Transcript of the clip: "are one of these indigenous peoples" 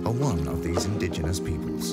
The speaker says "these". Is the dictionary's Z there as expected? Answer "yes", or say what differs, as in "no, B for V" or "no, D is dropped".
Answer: yes